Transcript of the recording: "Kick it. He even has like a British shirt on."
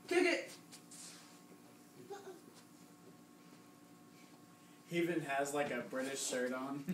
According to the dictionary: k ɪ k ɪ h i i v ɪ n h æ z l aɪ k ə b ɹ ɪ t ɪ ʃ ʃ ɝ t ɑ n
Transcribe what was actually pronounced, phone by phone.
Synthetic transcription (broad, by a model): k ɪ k ɪ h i i v ɪ n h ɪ z l aɪ k ə b ɹ ɪ t ɪ ʃ s ɝ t n